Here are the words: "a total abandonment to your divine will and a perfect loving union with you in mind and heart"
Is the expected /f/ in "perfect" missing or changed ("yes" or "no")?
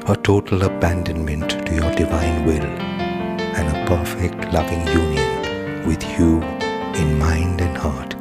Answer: no